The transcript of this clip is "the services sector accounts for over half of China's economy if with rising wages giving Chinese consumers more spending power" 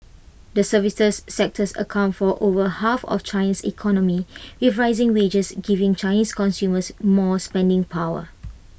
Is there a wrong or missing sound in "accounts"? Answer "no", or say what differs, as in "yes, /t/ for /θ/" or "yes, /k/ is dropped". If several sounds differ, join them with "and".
yes, /s/ is dropped